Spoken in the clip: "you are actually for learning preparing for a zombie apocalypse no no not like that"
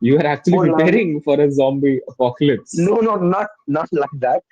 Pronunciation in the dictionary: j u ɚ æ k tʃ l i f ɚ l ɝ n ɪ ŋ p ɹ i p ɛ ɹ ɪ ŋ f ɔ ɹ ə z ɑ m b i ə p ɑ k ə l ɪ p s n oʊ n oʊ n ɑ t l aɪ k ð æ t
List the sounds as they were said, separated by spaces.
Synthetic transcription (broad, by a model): j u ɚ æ k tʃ i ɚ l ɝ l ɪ p ɹ i p ɛ ɹ ɪ ŋ f ɔ ɹ ə z ɑ m b i ə p ɑ k ə l ɪ p s n oʊ n oʊ n ɑ t l aɪ k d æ t